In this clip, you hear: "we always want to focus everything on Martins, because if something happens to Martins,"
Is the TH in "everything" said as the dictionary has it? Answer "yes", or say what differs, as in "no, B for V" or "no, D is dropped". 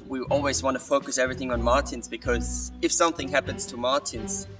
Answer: yes